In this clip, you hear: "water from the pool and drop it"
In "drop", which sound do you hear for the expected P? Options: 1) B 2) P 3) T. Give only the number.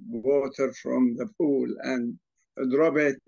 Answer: 1